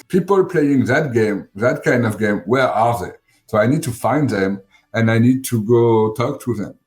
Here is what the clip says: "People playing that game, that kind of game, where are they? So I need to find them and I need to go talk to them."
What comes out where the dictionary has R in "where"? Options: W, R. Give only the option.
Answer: R